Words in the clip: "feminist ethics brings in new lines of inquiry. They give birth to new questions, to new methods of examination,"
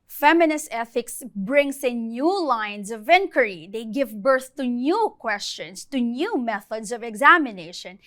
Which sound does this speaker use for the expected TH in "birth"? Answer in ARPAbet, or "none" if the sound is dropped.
TH